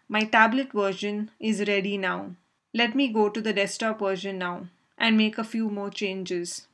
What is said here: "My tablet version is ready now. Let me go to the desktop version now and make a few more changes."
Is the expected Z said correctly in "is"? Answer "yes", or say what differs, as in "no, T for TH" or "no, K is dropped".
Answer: yes